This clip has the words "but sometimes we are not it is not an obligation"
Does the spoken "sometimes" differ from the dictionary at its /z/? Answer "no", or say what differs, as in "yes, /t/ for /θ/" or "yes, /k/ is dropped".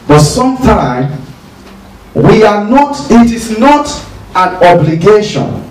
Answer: yes, /z/ is dropped